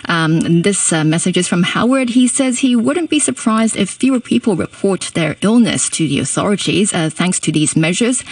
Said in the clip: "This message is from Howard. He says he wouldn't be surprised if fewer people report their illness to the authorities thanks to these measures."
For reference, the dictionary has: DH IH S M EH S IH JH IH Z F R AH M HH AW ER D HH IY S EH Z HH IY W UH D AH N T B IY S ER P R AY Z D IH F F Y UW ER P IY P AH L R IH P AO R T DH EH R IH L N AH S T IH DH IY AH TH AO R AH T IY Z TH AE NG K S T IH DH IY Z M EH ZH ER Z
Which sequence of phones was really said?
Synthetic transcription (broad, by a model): DH IH S M EH S IH JH IH Z F R AH M HH AW ER D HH IY S EH Z HH IY W UH D N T B IY S ER P R AY Z D IH F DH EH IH ER P IY P L R IH P AO R T DH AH R IH L N AH S T IH DH IY AH TH AO R AH T IY Z TH AE NG K S T IH DH IY Z M EH ZH ER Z